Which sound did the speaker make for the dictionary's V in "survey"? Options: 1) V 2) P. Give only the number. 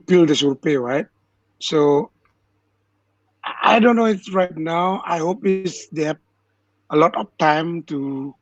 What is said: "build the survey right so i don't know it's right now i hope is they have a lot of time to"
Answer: 2